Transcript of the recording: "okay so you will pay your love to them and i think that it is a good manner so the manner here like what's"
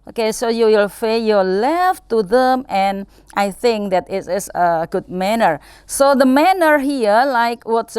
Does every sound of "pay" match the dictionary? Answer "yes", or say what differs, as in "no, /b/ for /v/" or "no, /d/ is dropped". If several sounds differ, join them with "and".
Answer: no, /f/ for /p/